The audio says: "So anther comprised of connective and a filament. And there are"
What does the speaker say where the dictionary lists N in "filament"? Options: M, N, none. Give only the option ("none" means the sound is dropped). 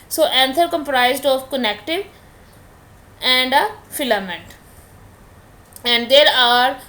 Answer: N